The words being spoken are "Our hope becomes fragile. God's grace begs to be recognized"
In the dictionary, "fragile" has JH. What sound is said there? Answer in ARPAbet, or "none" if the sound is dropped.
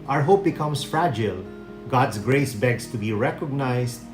JH